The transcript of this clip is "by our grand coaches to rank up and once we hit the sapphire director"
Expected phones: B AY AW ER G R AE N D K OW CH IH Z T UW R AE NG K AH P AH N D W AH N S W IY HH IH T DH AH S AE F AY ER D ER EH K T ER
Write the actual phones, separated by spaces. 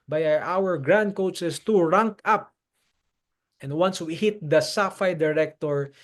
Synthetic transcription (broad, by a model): B AY AW ER G R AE N D K OW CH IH S T UW R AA NG K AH P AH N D W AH N S W IY HH IH T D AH S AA F AY D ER EH K T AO